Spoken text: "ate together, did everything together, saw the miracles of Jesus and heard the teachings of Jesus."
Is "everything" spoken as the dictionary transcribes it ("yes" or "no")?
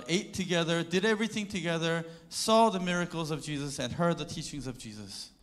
yes